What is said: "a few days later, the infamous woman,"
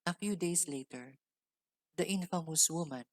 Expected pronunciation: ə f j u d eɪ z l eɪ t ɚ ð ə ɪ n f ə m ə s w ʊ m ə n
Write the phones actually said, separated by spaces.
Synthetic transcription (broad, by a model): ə f j u d eɪ s l eɪ t ɚ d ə ɪ n f ə m ə s w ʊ m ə n